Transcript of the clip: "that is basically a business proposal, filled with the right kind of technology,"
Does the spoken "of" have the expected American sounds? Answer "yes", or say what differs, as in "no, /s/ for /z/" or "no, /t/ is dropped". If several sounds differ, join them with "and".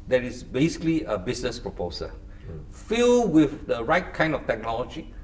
no, /f/ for /v/